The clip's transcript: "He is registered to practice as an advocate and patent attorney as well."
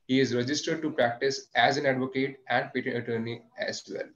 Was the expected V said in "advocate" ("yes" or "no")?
yes